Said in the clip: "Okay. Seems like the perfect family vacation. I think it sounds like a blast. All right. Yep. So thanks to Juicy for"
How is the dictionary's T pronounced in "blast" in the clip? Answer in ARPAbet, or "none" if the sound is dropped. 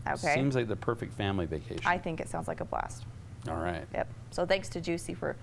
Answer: T